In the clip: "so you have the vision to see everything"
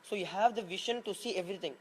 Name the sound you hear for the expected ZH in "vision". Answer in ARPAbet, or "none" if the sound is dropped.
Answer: SH